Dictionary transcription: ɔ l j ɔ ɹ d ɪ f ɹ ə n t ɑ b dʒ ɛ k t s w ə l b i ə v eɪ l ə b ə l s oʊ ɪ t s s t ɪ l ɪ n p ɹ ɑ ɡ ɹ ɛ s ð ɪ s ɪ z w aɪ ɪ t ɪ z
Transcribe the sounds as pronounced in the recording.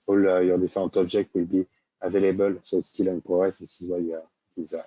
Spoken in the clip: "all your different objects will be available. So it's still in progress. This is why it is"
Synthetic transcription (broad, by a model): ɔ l j ɔ ɹ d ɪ f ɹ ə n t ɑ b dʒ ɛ k t w ə l b i ə v eɪ l ə b ə l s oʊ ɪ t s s t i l ɪ n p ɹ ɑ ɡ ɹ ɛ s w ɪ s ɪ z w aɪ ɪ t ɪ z